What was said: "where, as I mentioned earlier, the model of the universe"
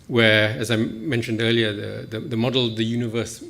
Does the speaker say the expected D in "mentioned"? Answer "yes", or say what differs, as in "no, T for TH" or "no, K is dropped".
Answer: yes